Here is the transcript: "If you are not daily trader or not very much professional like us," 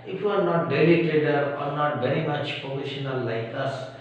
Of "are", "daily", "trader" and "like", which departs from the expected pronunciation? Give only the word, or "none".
trader